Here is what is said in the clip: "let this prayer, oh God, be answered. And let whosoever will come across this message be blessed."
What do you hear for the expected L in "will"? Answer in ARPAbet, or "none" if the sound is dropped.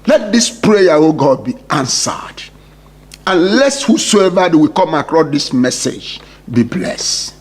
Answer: W